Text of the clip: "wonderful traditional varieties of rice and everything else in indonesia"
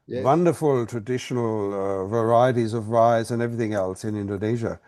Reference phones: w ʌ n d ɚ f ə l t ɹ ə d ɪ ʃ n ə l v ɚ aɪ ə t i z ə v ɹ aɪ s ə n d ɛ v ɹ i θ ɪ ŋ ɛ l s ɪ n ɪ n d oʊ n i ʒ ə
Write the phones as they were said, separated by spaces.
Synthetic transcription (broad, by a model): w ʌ n d ɚ f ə l t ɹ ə d ɪ ʃ n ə l v ɚ aɪ ə t i z ə v ɹ aɪ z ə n ɛ v ɹ i θ ɪ ŋ ɛ l s ɪ n ɪ n d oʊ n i ʒ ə